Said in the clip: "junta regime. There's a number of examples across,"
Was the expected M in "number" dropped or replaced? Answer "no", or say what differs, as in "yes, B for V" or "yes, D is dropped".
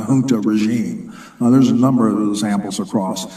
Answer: no